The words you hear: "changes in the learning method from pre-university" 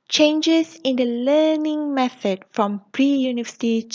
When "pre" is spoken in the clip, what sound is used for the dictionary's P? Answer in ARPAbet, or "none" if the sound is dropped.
P